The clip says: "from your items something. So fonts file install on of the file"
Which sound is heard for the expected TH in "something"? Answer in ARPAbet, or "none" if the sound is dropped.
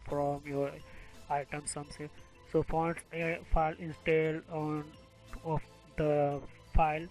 S